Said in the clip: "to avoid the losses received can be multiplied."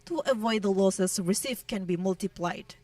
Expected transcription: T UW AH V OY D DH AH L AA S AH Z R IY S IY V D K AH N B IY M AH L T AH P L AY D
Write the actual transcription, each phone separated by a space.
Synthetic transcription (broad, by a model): T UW AH V OY D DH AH L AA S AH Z R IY S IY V K AH N B IY M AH L T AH P L AY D